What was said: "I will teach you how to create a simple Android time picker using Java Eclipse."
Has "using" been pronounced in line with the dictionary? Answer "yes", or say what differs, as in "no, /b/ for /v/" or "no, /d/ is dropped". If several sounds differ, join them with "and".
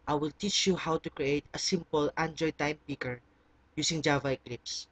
no, /s/ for /z/